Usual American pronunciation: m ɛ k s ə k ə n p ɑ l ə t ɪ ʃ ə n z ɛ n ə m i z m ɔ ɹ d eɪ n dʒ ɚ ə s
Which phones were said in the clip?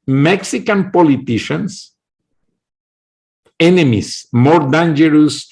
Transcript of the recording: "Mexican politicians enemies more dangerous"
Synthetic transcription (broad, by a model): m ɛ k s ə k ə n p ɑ l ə t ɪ ʃ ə n s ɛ n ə m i s m ɔ ɹ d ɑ n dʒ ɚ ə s